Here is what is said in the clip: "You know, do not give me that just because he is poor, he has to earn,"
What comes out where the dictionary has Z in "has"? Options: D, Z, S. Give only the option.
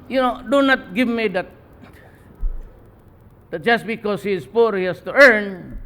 S